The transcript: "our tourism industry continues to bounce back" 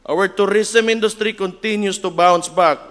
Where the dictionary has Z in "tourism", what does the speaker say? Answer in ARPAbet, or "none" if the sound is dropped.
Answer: S